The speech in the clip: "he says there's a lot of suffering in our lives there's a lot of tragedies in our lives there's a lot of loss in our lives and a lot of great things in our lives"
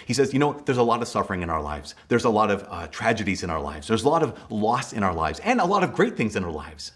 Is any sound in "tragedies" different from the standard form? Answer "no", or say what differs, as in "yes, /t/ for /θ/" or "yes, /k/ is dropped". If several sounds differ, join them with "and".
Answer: no